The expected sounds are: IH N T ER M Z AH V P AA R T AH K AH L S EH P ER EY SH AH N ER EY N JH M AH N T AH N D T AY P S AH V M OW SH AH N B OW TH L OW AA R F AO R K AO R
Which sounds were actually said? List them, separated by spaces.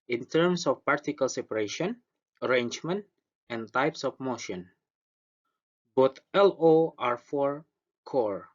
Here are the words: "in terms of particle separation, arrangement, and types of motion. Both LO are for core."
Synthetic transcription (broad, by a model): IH N T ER M S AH F P AA R T AH K AH L S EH P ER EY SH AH N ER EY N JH M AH N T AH N T AY P S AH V M OW SH AH N B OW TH L OW AA R F AO R K AO R